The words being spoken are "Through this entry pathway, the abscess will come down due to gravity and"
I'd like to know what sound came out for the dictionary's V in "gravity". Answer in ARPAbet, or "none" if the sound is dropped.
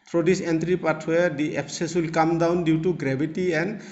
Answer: B